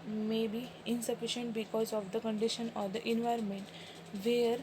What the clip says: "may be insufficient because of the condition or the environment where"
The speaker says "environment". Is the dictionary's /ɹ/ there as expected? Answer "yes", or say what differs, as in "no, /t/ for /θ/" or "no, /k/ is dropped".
yes